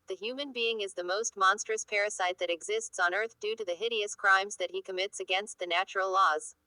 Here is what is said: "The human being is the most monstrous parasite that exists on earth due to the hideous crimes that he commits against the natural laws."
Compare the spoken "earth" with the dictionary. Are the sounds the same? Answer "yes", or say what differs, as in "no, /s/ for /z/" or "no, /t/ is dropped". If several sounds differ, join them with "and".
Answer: yes